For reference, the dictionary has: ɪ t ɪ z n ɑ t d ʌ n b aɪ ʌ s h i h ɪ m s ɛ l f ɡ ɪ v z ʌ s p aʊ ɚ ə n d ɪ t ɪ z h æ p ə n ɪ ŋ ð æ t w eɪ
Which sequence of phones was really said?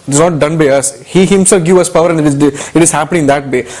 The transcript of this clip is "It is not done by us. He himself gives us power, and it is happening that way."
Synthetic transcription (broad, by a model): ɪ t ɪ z n ɑ t d ʌ n b aɪ ʌ s h i h ɪ m s ɛ l f ɡ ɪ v ʌ s p aʊ ɚ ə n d ɪ t ɪ z h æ p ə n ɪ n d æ t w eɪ